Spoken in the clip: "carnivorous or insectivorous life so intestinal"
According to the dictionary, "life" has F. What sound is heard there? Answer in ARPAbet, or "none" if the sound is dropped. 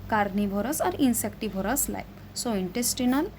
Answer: P